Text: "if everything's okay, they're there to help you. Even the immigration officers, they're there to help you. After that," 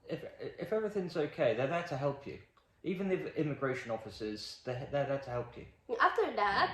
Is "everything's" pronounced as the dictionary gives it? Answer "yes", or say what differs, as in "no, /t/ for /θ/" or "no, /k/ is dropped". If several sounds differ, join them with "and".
yes